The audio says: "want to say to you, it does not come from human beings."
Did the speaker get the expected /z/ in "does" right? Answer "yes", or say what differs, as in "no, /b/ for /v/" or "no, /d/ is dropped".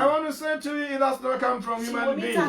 no, /s/ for /z/